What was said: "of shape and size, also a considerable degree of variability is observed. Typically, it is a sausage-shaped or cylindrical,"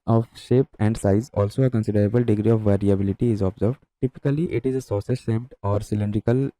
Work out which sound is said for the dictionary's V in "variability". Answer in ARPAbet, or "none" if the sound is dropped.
V